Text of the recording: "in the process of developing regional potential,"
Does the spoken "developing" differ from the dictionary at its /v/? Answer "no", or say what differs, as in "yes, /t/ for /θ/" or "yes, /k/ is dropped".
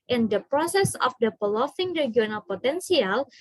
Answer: yes, /p/ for /v/